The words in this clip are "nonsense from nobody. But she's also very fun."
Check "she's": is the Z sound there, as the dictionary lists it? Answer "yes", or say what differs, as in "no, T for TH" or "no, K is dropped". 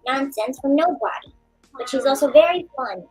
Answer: yes